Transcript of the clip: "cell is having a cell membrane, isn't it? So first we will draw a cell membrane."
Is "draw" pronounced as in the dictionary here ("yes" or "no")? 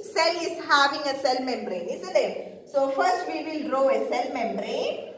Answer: yes